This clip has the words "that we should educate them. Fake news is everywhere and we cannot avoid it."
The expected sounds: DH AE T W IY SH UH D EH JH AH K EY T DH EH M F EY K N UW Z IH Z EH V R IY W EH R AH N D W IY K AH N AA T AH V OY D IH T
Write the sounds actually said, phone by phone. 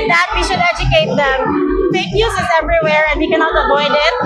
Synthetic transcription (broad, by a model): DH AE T W IY SH UH D EH JH AH K EY T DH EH M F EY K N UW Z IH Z EH V R IY W EH R AH N D W IY K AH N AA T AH P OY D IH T